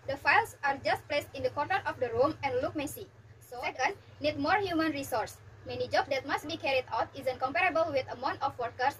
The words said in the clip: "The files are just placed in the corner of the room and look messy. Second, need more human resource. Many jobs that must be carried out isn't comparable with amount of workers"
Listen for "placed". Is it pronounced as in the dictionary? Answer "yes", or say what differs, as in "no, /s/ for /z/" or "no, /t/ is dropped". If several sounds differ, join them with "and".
yes